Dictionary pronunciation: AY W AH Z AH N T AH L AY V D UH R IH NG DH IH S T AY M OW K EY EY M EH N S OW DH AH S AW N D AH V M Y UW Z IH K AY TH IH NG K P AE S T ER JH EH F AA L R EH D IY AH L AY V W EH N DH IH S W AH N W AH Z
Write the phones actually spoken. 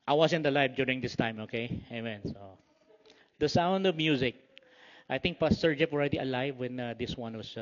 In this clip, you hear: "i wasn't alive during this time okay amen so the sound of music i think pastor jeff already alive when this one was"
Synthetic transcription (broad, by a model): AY W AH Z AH N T AH L AY V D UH R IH NG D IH S T AY M OW K EY EY M EH N S OW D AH S AW N D AH V M Y UW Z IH K AY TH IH NG K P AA S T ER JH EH P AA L R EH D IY AH L AY V W EH N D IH S W AH N W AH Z